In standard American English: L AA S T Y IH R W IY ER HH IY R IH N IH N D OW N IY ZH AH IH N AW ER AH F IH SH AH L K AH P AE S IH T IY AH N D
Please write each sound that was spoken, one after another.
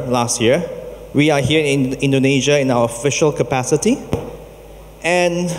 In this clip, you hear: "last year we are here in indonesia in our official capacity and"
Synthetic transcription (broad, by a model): L AA S T Y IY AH W IY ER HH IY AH IH N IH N D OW N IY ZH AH IH N AW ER AH F IH SH AH L K AH P AE S IH T IY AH N